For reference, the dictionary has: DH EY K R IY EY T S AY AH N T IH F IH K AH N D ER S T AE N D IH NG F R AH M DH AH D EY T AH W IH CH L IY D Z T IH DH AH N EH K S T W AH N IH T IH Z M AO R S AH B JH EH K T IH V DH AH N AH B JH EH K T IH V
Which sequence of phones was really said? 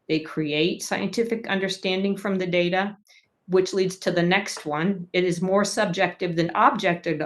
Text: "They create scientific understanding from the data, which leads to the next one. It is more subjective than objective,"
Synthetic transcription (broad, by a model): DH EY K R IY EY T S AY AH N T IH F IH K AH N D ER S T AE N D IH NG F R AH M DH AH D EY T AH W IH CH L IY D Z T IH DH AH N EH K S T W AH N IH T IH Z M AO R S AH B JH EH K T IH V DH AH N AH B JH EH K T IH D